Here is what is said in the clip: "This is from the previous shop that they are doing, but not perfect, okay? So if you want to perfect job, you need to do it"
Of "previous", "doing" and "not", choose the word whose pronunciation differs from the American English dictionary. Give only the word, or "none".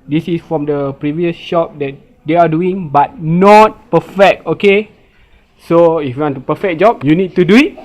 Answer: none